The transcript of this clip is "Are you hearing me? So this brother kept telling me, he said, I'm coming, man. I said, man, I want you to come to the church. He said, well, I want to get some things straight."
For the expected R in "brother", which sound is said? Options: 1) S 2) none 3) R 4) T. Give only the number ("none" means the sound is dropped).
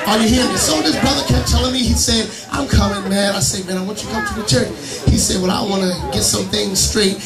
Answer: 3